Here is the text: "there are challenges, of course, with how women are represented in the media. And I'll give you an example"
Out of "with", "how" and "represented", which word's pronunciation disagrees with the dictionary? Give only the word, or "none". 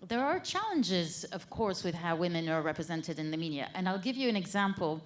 none